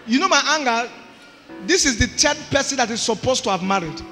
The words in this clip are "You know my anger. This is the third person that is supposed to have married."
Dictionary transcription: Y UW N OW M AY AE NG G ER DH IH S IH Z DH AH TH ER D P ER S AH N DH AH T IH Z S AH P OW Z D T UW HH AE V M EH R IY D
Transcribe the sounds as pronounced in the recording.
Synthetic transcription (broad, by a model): Y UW N OW M AY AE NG G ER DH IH S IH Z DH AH T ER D P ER S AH N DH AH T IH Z S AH P OW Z T UW HH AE V M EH R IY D